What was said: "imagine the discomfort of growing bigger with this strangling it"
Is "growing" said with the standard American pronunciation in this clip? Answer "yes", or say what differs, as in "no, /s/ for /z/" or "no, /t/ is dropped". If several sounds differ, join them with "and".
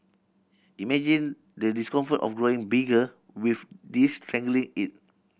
yes